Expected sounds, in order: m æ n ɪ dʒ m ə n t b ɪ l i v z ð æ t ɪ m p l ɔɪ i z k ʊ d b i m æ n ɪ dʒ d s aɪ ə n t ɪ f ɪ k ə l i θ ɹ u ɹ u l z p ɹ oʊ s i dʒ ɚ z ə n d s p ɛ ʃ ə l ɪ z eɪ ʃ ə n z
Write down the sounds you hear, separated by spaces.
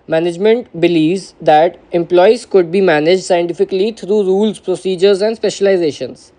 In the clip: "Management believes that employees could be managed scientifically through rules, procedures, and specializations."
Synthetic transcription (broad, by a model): m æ n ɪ dʒ m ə n t b ɪ l i v z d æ t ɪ m p l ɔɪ i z k ʊ d b i m æ n ɪ dʒ d s aɪ ə n t ɪ f ɪ k ə l i t ɹ u ɹ u l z p ɹ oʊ s i dʒ ɚ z ə n d s p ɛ ʃ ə l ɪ z eɪ ʃ ə n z